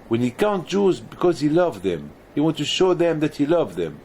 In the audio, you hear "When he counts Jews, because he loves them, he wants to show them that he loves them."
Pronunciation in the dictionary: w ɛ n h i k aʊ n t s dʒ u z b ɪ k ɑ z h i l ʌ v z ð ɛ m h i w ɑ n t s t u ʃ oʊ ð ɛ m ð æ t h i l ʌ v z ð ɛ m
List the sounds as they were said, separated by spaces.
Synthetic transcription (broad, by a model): w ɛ n h i k aʊ n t dʒ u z b ɪ k ɑ z h i l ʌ v ð ɛ m h i w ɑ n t t u ʃ oʊ ð ɛ m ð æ t h i l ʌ v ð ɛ m